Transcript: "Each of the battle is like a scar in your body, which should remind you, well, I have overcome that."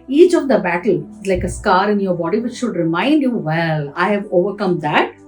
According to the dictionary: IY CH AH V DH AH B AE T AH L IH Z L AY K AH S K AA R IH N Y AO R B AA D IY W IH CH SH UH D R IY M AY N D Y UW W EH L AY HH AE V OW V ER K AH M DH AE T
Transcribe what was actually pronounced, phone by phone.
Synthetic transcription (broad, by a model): IY CH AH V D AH B AE T AH L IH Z L AY K AH S K AA R IH N Y AO R B AA D IY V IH CH SH UH D R IY M AY N D Y UW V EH L AY HH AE V OW V ER K AH M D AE T